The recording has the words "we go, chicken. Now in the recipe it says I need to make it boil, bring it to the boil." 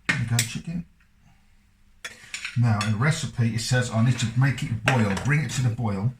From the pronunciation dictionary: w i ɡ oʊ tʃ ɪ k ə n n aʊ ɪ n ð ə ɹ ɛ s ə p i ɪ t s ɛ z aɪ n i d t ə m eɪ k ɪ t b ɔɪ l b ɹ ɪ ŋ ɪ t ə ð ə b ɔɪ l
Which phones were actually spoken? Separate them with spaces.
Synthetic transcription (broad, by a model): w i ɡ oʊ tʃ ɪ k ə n n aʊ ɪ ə ɹ ɛ s ə p i ɪ t s ɛ z aɪ n i d t ə m eɪ k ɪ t b ɔɪ l b ɹ ɪ ŋ ɪ t ə ð ə b ɔɪ l